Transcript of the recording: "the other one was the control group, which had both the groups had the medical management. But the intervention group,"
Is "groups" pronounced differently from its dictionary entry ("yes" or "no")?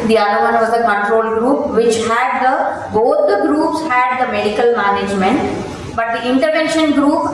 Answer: no